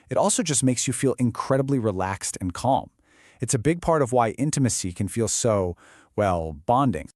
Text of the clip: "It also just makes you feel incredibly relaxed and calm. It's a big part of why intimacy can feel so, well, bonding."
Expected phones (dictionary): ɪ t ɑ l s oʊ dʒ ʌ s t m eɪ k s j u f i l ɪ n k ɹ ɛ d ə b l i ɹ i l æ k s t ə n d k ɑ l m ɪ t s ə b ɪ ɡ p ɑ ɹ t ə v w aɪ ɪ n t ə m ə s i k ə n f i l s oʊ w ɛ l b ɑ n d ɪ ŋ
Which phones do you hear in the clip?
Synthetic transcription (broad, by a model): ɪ t ɑ l s oʊ dʒ ʌ s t m eɪ k s j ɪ f i l ɪ n k ɹ ɛ d ə b l i ɹ i l æ k s t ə n k ɑ l m ɪ t s ə b ɪ ɡ p ɑ ɹ t ə v w aɪ ɪ n t ə m ə s i k ə n f i l s oʊ w ɛ l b ɑ n d ɪ ŋ